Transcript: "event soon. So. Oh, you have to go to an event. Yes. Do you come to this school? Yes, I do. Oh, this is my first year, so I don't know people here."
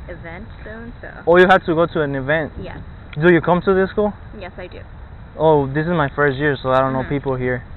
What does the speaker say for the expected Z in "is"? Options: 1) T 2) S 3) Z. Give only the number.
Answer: 3